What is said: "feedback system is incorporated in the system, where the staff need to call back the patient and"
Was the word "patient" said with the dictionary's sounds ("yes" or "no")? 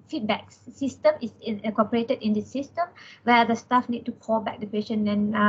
no